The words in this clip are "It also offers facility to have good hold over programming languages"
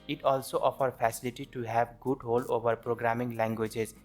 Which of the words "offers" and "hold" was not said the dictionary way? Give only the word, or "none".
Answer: offers